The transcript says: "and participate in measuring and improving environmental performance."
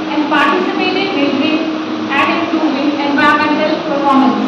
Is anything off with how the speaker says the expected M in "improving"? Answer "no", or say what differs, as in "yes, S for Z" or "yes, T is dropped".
yes, M is dropped